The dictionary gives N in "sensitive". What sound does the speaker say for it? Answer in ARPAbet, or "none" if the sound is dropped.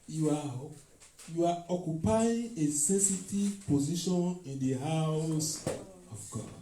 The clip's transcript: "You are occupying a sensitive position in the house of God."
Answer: none